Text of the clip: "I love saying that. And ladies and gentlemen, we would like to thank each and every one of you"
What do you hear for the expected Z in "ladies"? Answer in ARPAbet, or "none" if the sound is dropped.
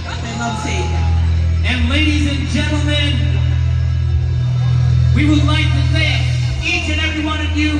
Z